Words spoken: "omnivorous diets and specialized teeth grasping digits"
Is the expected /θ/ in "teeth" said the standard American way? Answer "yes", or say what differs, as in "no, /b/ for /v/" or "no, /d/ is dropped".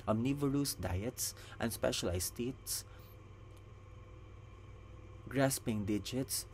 no, /s/ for /θ/